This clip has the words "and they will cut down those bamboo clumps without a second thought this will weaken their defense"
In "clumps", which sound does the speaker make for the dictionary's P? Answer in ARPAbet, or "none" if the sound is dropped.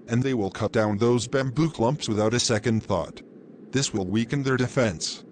P